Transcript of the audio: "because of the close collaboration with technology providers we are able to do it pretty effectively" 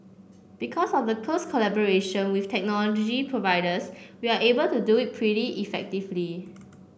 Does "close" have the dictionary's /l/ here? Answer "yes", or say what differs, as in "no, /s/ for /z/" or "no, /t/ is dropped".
no, /l/ is dropped